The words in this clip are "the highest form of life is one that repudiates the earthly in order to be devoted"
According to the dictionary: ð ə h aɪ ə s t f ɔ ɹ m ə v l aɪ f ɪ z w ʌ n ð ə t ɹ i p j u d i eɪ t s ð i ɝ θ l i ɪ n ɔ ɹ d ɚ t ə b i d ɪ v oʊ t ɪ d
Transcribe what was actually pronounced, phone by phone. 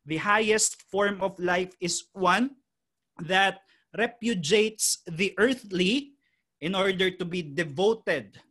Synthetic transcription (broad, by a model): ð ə h aɪ ə s t f ɔ ɹ m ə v l aɪ f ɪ s w ʌ n ð ə t ɹ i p j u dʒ eɪ t s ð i ɝ θ l i ɪ n ɔ ɹ d ɚ t ə b i d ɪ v oʊ t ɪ d